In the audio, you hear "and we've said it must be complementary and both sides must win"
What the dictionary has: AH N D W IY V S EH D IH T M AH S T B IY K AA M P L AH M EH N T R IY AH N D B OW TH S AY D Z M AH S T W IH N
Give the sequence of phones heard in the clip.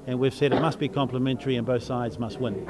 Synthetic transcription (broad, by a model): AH N W IY V S EH D IH T M AH S T B IY K AA M P L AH M EH N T R IY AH N B OW TH S AY D Z M AH S T W IH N